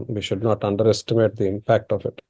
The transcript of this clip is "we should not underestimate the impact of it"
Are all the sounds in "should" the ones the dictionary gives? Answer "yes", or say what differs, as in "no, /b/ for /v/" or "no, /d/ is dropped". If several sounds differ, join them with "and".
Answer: yes